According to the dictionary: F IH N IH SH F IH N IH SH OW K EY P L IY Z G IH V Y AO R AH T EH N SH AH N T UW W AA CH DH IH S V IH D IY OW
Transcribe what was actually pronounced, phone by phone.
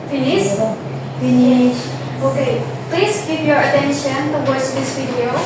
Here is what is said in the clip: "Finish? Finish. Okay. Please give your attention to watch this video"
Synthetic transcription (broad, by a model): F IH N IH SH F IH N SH OW K EY P L IY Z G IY P Y AO R AH T EH N SH AH N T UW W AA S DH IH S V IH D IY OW